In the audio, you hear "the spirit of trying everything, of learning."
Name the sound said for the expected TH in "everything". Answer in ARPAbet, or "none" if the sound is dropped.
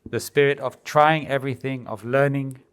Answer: TH